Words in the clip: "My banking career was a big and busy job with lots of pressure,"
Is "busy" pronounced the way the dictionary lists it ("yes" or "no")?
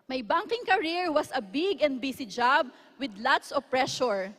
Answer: no